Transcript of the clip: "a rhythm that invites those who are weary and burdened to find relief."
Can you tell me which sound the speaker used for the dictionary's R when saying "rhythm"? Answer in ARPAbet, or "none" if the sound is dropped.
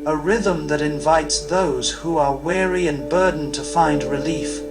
R